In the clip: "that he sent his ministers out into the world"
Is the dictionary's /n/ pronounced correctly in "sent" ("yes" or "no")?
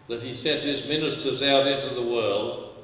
no